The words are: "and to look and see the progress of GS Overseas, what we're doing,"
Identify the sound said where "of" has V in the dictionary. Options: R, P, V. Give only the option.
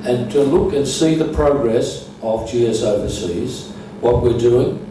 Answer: V